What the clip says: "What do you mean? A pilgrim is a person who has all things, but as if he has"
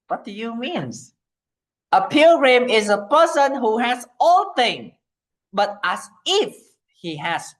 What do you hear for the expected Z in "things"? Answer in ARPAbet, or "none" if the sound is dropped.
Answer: none